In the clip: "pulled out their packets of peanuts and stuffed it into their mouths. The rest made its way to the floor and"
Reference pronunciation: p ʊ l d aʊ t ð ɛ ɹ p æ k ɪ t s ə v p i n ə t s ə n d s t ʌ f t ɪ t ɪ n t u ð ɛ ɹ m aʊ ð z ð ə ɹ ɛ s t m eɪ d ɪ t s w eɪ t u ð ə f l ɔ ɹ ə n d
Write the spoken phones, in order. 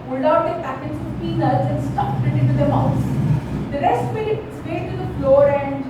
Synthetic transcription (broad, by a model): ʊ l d aʊ t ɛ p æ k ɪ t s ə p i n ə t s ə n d s t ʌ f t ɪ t ɪ n t u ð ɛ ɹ m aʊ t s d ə ɹ ɛ s t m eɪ ɪ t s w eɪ t u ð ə f l ɔ ɹ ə n d